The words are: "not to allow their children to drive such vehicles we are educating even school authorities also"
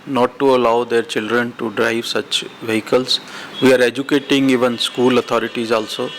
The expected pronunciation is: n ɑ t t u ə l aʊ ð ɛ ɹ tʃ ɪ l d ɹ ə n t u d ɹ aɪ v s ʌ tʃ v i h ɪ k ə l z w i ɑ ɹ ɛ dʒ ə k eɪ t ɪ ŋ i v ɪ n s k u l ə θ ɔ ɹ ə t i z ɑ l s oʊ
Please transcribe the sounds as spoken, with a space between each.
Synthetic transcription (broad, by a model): n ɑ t t u ə l aʊ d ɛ ɹ tʃ ɪ l d ɹ ə n t u d ɹ aɪ v s ʌ tʃ v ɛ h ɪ k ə l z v i ɑ ɹ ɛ dʒ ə k eɪ t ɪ ŋ i v ɪ n s k u l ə t ɔ ɹ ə t i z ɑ l s oʊ